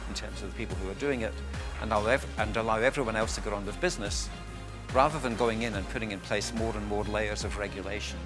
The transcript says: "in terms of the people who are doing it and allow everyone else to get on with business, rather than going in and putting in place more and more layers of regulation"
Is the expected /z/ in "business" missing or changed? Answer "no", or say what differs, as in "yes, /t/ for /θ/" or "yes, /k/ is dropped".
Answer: no